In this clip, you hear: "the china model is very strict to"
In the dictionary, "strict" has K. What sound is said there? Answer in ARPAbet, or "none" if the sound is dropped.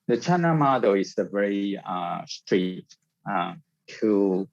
none